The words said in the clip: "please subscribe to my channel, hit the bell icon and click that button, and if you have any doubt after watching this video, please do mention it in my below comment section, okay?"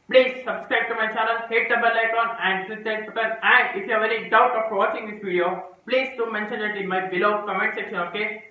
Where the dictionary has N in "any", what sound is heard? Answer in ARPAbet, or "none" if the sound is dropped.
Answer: L